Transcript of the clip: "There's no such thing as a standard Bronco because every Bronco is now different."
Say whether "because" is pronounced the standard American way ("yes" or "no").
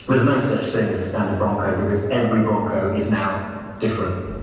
yes